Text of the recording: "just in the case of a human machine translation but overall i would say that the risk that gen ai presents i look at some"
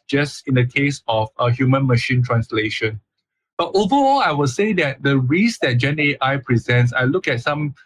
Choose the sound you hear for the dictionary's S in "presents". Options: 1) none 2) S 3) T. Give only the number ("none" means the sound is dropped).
2